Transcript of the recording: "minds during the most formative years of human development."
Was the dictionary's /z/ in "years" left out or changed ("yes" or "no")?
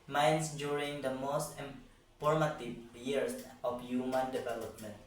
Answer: yes